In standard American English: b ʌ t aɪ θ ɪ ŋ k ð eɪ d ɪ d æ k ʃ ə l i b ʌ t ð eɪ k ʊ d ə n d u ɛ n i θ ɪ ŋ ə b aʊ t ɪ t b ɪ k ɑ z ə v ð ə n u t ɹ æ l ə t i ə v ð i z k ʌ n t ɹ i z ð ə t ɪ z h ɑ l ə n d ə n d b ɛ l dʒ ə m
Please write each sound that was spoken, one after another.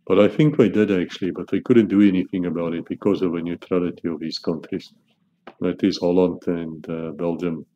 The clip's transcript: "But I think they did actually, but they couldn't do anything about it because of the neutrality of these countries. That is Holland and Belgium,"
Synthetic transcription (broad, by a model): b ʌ t aɪ θ ɪ ŋ k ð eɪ d ɪ d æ k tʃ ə l i b ʌ t ð eɪ k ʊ d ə n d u ɛ n i θ ɪ ŋ ə b aʊ t ɪ t b ɪ k ɑ z ə v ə n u t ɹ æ l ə t i ə v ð i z k ʌ n t ɹ i z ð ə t ɪ z h ɑ l ə n d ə n b ɛ l dʒ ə m